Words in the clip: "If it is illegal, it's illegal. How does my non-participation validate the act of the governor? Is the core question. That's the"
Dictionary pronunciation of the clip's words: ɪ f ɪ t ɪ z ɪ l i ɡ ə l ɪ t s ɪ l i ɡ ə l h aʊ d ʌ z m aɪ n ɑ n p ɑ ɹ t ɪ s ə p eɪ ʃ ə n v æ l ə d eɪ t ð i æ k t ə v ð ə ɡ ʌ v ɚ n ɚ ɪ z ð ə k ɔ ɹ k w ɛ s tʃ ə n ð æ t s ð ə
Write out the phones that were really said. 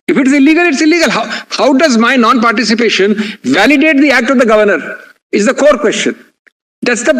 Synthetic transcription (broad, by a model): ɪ f ɪ t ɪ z ɪ l i ɡ ə l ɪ t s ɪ l i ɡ ə l h aʊ d ʌ z m aɪ n ɑ n p ɑ ɹ t ɪ s ə p eɪ ʃ ə n v æ l ə d eɪ t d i æ k t ə v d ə ɡ ʌ v ɚ n ɚ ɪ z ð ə k ɔ ɹ k w ɛ s tʃ ə n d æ t s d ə